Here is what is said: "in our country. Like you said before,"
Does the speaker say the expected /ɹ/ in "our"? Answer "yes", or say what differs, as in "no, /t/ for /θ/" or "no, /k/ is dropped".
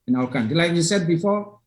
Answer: no, /l/ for /ɹ/